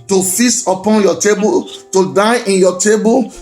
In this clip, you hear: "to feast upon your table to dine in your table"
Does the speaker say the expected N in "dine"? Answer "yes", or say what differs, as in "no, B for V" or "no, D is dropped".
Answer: no, N is dropped